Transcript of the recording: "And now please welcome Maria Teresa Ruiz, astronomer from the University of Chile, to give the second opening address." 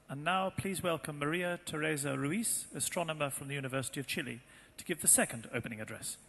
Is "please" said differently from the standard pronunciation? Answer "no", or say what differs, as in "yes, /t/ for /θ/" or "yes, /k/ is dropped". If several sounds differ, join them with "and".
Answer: no